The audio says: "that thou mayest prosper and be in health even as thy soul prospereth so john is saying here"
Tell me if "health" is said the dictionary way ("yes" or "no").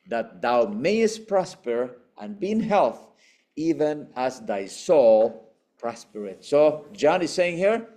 yes